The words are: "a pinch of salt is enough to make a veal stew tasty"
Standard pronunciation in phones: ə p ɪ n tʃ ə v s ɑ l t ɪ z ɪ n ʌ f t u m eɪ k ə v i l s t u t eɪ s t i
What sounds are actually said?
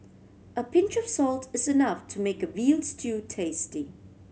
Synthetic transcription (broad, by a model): ə p ɪ n tʃ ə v s ɑ l t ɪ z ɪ n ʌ f t u m eɪ k ə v i l s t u t eɪ s t i